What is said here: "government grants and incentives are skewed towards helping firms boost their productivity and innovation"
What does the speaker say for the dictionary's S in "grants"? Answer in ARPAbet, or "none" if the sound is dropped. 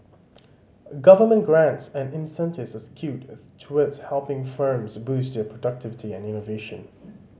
S